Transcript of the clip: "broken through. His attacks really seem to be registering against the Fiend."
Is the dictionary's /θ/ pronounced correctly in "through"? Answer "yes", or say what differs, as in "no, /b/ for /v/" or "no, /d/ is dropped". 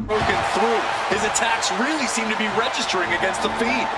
yes